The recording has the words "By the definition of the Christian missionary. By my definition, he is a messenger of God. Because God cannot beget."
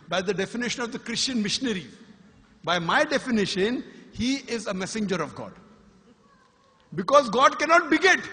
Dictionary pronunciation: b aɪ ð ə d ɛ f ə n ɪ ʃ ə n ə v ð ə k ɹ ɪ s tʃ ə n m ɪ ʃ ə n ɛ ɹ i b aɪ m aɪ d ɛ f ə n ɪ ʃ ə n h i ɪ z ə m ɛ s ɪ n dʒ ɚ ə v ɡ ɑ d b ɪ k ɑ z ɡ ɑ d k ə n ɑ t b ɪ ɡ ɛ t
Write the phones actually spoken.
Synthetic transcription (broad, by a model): b aɪ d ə d ɛ f ə n ɪ ʃ ə n ə v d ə k ɹ ɪ s tʃ ə n m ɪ ʃ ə n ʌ ɹ i b aɪ m aɪ d ɛ f ə n ɪ ʃ ə n h i ɪ z ə m ɛ s ɪ n dʒ ɚ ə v ɡ ɑ d b ɪ k ɑ z ɡ ɑ d k ə n ɑ t b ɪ ɡ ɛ t